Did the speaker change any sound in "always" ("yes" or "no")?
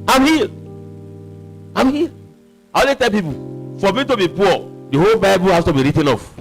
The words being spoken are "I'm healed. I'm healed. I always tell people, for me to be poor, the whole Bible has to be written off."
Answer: yes